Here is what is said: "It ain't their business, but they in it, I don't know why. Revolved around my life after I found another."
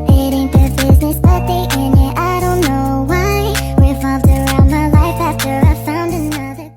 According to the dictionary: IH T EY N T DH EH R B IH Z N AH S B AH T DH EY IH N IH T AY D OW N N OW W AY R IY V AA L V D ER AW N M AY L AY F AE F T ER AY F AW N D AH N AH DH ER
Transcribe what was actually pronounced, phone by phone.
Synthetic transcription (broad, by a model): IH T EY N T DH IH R B IH Z N AH S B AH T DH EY IH N IH T AY D OW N N OW W AY W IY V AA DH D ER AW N M AY L AY F AE F T ER AY F AW N D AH N AH DH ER